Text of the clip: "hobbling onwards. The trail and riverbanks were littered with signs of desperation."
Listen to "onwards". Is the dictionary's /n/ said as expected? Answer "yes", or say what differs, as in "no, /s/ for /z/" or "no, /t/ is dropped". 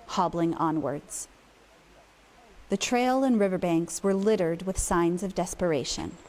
yes